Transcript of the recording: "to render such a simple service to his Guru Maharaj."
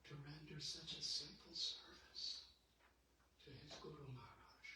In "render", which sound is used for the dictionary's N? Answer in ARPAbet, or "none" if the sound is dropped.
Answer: N